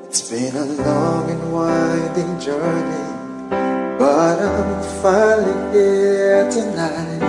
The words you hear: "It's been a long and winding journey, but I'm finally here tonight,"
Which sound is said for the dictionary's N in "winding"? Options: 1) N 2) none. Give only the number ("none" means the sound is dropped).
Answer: 2